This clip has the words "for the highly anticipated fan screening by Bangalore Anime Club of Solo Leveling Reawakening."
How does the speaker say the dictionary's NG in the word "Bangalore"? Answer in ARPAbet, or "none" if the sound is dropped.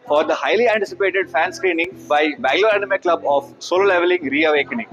none